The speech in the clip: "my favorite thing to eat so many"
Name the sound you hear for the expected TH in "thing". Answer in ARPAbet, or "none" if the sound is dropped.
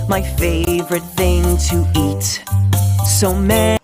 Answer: TH